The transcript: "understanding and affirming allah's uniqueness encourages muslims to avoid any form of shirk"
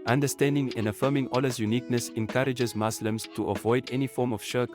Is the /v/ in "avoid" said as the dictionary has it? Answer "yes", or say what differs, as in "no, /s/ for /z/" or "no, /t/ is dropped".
yes